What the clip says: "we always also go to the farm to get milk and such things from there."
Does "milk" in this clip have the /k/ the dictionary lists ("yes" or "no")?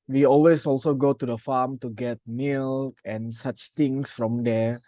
no